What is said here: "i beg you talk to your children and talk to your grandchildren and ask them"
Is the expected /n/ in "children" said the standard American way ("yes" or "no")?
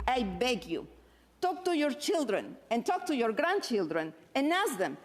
yes